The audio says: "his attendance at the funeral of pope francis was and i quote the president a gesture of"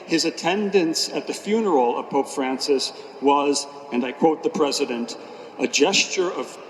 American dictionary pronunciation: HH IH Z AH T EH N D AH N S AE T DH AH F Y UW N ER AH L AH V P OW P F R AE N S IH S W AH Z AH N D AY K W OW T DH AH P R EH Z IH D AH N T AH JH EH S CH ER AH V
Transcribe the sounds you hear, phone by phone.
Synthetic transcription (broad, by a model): HH IH Z AH T EH N D AH N S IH T DH AH F Y UW N ER L AH V P OW P F R AE N S IH S W AH Z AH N AY K W OW T DH AH P R EH Z IH D AH N T AH JH EH S CH ER AH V